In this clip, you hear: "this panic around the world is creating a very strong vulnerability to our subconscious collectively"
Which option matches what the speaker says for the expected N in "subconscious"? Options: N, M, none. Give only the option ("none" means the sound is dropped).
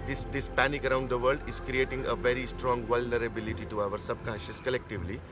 none